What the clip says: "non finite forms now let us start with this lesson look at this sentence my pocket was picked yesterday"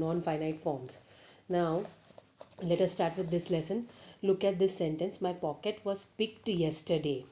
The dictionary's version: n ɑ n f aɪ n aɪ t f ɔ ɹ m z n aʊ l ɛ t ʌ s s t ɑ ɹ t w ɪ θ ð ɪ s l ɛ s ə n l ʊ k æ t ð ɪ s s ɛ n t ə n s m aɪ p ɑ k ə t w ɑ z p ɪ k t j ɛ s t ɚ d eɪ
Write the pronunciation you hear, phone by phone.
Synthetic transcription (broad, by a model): n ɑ n f aɪ n aɪ t f ɔ ɹ m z n aʊ l ɛ t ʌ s s t ɑ ɹ t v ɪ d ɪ s l ɛ s ə n l ʊ k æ t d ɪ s s ɛ n t ə n s m aɪ p ɑ k ə t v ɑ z p ɪ k t j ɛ s t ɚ d eɪ